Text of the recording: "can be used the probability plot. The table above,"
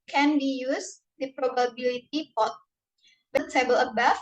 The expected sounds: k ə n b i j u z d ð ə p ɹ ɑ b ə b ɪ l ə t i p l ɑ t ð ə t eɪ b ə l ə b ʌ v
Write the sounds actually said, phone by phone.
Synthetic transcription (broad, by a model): k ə n b i j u s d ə p ɹ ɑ b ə b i l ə t i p ɑ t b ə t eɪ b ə l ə b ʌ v